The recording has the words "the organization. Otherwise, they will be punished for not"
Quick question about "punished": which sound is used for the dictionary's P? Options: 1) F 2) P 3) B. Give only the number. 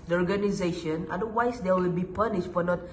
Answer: 2